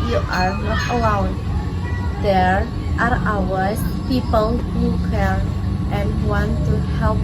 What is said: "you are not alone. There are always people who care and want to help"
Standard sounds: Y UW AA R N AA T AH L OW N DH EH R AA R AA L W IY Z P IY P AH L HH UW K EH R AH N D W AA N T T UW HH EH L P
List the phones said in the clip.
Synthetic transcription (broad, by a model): Y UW AA R N AA T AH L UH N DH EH R AA R AA W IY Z P IY P AH L HH UW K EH R AH N D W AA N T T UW HH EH L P